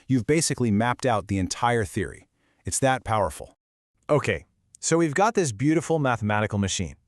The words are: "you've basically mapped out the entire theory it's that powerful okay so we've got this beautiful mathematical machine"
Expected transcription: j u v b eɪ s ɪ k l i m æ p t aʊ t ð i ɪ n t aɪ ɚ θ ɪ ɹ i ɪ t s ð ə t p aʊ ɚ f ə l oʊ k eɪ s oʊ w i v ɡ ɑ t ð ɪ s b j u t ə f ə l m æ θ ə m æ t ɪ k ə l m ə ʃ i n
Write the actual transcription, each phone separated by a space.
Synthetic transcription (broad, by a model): j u v b eɪ s ɪ k l i m æ p t aʊ t ð i ɪ n t aɪ ɚ θ ɪ ɹ i ɪ t s ð ə t p aʊ ɚ f l oʊ k eɪ s oʊ w i v ɡ ɑ t ð ɪ s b j u t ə f l m æ θ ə m æ t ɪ k l m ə ʃ i n